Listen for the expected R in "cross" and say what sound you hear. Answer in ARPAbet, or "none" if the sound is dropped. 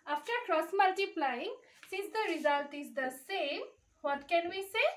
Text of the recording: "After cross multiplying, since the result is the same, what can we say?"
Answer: R